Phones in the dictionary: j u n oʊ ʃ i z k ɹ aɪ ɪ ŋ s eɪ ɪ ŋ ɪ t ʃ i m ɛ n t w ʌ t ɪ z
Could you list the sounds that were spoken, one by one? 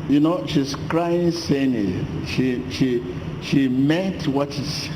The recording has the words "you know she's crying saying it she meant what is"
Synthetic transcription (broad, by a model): j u n oʊ ʃ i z k ɹ aɪ ɪ ŋ s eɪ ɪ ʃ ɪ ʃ ʃ i m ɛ t w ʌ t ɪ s